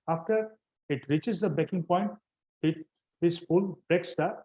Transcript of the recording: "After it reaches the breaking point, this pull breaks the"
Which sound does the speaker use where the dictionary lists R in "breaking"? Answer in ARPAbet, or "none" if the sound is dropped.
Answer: none